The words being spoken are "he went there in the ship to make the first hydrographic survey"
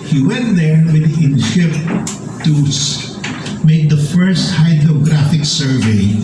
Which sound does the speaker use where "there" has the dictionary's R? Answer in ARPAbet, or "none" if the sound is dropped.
W